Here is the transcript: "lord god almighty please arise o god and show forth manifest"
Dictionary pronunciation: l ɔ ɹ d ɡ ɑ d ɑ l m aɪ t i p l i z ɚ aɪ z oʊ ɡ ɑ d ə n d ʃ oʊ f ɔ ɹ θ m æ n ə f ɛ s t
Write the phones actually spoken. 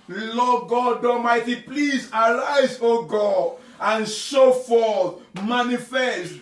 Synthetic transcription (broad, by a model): l ɔ ɡ ɑ d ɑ m aɪ t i p l i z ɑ aɪ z oʊ ɡ ɑ d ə n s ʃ oʊ f ɔ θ m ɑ n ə f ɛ s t